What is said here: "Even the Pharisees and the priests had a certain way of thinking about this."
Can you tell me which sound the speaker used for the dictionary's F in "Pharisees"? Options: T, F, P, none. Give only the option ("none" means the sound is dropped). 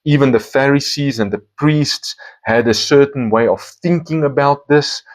F